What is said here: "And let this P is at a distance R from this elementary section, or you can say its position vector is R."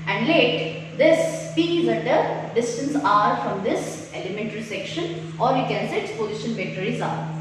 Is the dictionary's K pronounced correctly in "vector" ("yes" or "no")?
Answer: no